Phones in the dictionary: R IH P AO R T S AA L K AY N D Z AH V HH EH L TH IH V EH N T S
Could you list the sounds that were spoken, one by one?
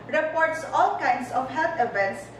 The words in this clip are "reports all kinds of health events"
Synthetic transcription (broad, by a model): R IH P AO R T S AA L K AY N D S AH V HH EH L T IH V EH N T S